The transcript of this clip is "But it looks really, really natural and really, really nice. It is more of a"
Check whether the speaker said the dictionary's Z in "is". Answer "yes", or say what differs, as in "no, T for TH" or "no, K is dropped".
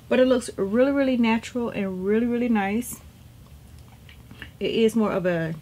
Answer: yes